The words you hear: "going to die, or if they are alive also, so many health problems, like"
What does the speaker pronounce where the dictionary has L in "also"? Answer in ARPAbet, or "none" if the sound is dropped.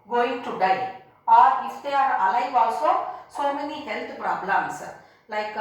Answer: L